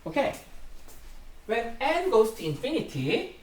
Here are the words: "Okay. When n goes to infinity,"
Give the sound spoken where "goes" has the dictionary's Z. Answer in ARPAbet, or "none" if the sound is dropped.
S